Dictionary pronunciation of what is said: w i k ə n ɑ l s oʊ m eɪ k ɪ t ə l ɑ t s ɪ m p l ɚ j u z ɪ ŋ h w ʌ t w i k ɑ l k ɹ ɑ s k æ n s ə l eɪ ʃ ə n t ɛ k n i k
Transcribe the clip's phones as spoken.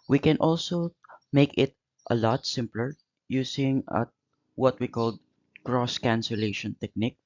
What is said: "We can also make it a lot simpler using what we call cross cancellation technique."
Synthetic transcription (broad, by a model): w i k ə n ɑ l s oʊ m eɪ k ɪ t ə l ɑ t s ɪ m p l ɚ j u s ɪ ŋ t w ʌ t w i k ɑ l k ɹ ɑ s k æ n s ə l eɪ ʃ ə n t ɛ k n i k